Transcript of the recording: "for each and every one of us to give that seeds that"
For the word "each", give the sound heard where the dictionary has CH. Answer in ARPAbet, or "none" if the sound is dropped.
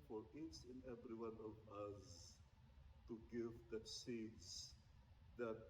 S